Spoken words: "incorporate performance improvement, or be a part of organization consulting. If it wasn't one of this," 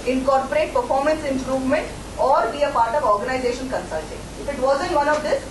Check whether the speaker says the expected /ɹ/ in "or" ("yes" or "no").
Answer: yes